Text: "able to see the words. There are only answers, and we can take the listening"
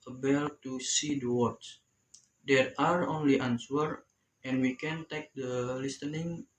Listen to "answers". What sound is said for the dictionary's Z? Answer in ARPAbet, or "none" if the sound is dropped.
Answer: none